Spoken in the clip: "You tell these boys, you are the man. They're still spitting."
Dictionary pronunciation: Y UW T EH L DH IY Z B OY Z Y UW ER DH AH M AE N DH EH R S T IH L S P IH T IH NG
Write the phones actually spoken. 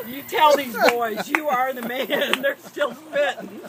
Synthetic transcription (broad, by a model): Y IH T EH L DH IY Z B OY Z Y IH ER DH AH M AE N DH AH R S T IH L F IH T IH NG